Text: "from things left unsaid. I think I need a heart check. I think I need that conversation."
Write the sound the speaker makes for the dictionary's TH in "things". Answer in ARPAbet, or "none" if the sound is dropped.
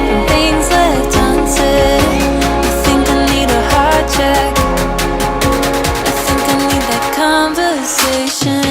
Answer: TH